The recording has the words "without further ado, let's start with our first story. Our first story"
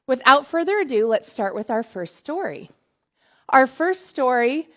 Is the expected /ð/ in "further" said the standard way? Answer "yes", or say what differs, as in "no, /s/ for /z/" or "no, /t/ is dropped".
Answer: yes